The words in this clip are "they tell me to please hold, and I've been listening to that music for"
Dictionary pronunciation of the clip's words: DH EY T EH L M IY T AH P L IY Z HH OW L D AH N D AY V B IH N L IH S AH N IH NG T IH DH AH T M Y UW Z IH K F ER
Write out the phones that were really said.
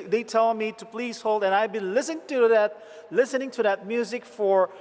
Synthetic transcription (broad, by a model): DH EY T EH L M IY T AH P L IY Z HH OW L D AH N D AY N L IH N L IH S AH N IH NG T IH DH AH T M Y UW Z IH K F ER